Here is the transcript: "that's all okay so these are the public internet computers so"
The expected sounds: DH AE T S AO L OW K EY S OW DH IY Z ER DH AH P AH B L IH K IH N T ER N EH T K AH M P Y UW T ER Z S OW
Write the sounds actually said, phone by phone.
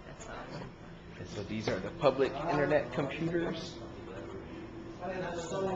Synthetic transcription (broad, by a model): S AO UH DH IY Z ER DH AH P AH B L IH K IH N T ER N EH T K AH M P Y UW T ER Z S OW